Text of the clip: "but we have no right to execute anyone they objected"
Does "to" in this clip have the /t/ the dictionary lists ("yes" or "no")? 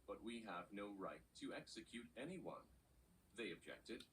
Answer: yes